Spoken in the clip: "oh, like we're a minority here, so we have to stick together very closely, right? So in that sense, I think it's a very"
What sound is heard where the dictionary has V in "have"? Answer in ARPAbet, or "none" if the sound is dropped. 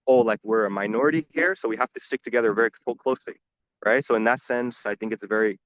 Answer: F